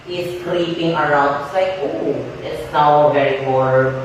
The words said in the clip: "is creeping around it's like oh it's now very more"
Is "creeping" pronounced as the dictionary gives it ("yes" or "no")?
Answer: no